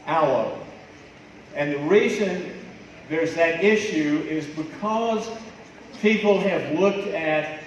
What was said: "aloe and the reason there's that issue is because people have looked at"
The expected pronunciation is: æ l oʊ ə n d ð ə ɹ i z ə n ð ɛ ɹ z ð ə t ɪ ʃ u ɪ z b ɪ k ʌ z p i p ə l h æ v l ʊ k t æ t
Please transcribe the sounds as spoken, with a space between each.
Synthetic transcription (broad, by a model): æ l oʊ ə n ð ə ɹ i z ə n ð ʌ ɹ z ð ə t ɪ ʃ u ɪ z b ɪ k ʌ z p i p l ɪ v l ʊ k t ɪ t